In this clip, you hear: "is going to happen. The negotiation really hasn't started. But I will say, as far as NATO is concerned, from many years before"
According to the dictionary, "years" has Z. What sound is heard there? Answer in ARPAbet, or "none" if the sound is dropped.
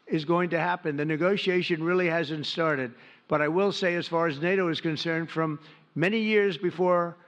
Z